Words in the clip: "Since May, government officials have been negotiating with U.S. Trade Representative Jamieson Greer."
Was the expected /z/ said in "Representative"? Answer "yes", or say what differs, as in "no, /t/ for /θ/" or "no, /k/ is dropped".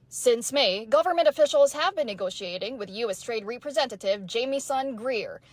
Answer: yes